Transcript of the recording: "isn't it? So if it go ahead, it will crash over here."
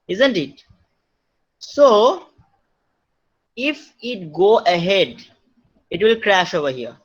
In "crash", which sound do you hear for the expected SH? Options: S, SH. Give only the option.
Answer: SH